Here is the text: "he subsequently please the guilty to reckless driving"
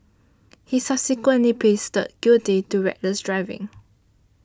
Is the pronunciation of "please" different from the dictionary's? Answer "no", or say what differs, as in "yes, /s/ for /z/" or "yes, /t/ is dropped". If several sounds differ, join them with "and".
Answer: yes, /l/ is dropped